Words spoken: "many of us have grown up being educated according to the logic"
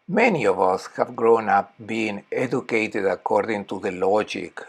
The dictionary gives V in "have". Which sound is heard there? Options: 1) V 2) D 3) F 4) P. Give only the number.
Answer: 1